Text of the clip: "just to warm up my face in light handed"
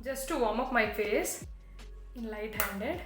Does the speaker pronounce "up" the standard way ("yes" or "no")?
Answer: no